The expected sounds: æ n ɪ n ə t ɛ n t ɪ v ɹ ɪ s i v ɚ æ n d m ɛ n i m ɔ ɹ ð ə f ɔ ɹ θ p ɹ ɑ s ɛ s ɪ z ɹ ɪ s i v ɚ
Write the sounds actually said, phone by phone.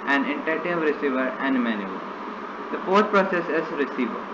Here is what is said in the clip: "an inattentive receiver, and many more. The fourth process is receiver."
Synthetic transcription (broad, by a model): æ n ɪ n t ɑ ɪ t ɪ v ɹ ɪ s i v ɚ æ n d m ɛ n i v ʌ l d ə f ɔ ɹ t p ɹ ɑ s ɛ s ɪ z ɹ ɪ s i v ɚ